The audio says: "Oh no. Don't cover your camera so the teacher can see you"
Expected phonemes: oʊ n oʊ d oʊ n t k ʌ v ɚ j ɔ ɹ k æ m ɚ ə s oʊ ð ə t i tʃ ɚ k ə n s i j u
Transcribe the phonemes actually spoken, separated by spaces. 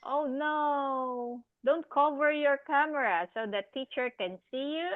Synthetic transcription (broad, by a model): oʊ n oʊ d oʊ n t k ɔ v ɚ j ɔ ɹ k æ m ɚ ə s oʊ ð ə t i tʃ ɚ k ə n s i j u